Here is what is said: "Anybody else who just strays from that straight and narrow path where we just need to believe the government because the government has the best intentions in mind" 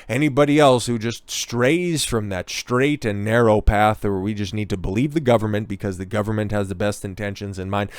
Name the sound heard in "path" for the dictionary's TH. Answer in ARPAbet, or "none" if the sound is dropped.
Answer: TH